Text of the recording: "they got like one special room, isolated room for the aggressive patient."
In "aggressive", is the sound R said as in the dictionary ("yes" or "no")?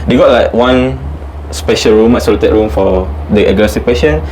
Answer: no